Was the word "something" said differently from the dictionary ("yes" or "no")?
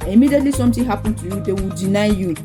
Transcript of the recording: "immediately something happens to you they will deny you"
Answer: yes